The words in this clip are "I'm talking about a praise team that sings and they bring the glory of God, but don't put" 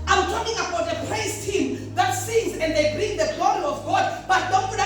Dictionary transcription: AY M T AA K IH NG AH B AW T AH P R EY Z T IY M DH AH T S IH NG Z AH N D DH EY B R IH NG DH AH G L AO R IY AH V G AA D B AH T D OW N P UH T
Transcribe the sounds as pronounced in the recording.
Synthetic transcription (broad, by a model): AY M T AA K IH NG AH B AW T AH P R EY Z T IY M DH AH T S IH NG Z AH N D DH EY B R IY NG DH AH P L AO L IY AH V G AA D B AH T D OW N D